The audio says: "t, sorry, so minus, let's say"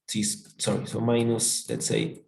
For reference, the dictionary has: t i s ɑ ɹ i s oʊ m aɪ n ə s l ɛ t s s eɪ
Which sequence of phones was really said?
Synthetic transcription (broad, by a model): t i s ɑ ɹ i s oʊ m aɪ n ə s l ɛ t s s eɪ